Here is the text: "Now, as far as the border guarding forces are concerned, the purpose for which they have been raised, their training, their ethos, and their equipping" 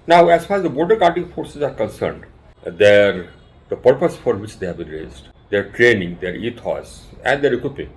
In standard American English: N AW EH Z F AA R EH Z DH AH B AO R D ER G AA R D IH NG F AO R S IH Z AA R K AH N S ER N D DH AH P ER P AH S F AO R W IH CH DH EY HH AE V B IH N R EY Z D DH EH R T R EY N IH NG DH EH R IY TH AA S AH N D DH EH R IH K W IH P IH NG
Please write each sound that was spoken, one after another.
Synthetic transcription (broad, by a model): N AW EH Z F AA R EH Z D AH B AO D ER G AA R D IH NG F AO R S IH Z AA R K AH N S ER N D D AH P ER P AH S F AO R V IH CH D EY HH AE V B IH N R EY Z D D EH R T R EY N IH NG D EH R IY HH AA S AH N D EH R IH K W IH P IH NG